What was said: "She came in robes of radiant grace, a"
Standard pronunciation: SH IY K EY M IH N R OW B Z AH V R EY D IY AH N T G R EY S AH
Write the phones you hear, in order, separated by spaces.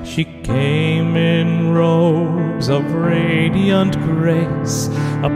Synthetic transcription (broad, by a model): SH IY K EY M IH N R OW Z AH V R EY D IY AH N T G R EY S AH